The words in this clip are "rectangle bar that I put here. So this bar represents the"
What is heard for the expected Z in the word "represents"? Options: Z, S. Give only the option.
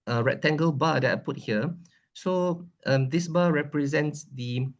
Z